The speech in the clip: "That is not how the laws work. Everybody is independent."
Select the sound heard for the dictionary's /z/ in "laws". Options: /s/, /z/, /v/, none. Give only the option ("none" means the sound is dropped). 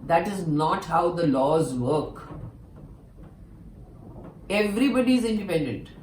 /z/